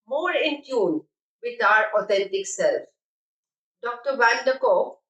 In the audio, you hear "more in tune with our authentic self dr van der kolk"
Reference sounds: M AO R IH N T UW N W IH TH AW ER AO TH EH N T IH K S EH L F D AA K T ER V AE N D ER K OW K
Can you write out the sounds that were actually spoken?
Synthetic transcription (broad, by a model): M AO R IH N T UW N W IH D AW ER AO T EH N T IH K S EH L F D AA K T ER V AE L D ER K OW